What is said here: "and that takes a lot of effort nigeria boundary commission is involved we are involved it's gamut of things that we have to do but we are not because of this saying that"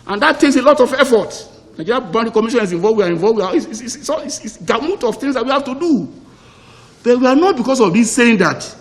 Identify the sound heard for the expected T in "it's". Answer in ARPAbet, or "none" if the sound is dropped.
S